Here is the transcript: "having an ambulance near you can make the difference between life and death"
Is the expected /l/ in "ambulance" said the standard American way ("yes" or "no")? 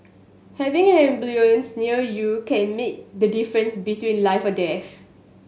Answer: no